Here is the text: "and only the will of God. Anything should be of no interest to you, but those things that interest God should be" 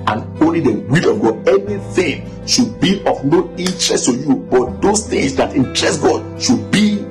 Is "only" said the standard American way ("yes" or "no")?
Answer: yes